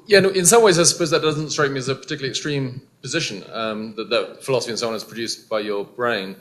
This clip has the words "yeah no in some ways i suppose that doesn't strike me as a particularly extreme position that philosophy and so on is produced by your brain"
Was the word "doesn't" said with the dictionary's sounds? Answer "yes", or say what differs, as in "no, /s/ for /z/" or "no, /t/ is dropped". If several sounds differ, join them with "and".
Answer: yes